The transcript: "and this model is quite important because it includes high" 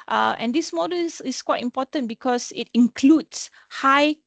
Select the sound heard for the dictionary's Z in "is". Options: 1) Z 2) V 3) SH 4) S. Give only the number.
4